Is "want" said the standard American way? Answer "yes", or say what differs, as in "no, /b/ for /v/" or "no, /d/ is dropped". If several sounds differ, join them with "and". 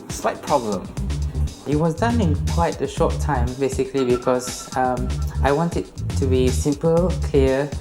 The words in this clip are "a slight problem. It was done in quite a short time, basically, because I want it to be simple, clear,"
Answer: yes